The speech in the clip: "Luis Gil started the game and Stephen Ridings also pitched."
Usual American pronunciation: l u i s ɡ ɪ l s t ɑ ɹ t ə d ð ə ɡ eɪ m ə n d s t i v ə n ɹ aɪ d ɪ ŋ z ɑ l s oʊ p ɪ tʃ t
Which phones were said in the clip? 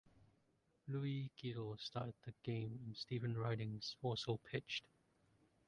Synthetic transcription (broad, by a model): l u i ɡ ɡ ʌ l s t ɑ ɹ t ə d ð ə ɡ eɪ m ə n s t i v ə n ɹ aɪ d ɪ ŋ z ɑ s oʊ p ɪ tʃ t